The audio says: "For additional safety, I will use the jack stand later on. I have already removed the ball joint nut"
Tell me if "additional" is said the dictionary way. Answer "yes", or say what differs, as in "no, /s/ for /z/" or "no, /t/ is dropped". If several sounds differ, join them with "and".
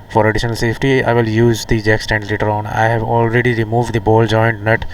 yes